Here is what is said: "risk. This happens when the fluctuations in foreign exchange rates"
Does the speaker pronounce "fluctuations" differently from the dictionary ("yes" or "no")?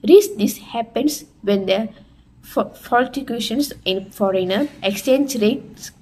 yes